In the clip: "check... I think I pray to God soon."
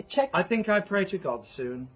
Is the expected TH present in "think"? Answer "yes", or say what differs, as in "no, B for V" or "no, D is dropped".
yes